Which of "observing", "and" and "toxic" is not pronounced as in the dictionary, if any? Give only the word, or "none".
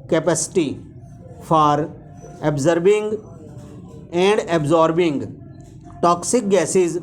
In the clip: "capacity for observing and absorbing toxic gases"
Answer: observing